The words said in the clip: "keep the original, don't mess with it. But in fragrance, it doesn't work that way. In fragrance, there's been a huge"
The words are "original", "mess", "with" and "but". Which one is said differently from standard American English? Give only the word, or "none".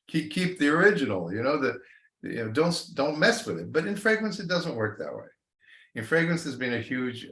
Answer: original